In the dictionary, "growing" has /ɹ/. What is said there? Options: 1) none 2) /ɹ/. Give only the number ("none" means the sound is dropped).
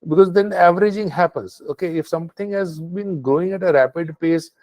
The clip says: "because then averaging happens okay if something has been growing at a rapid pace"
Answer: 1